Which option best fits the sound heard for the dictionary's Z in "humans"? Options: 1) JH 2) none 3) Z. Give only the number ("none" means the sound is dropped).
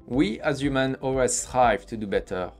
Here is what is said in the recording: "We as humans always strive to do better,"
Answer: 2